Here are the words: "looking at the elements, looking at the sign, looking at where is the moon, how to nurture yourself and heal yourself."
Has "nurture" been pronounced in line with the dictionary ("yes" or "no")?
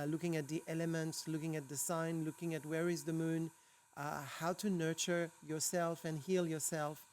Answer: yes